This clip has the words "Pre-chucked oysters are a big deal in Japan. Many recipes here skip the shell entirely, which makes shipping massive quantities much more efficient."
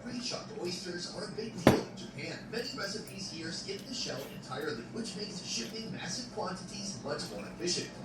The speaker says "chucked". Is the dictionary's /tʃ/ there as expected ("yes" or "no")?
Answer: no